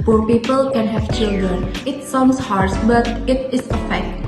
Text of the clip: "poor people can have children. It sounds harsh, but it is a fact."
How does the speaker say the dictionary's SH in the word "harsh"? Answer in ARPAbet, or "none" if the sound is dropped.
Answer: S